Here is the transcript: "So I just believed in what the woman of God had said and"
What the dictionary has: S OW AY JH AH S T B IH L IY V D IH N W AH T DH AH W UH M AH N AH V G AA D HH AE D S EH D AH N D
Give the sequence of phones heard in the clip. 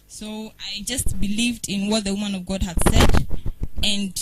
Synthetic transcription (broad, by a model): S OW AY JH AH S T B IH L IY V D IH N W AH T DH AH W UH M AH N AH V G AA D HH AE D S EH D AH N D